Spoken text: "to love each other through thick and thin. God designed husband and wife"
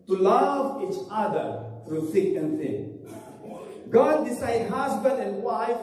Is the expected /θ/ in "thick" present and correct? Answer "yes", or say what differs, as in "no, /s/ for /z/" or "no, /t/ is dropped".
no, /s/ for /θ/